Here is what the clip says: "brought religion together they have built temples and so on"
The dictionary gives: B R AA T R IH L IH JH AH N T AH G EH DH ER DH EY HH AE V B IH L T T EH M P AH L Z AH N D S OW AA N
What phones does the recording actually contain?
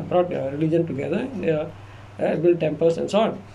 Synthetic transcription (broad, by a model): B R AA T R IH L IH JH AH N T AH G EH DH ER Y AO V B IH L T T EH M P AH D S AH N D S OW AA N